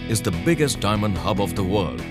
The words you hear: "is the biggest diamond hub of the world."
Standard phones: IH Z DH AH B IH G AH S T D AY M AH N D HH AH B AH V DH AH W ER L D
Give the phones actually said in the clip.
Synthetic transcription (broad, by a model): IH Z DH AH B IH G AH S T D AY M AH N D HH AH B AH V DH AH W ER L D